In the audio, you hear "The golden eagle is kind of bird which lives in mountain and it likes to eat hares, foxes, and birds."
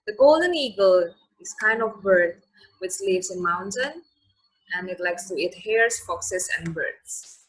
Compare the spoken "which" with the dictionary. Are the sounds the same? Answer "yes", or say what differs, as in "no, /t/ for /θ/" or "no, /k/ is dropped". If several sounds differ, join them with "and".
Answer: no, /s/ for /tʃ/